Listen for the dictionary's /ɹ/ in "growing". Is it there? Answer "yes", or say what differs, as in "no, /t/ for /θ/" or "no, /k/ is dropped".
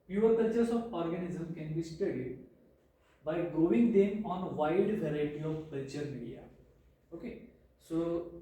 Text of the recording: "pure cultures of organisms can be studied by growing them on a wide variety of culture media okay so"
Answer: no, /ɹ/ is dropped